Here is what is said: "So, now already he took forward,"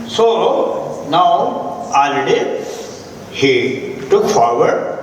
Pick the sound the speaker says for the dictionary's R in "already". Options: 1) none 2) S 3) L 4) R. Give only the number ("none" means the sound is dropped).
1